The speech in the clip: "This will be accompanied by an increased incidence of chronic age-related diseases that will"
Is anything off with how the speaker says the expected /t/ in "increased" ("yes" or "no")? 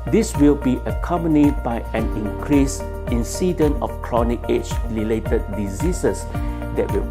yes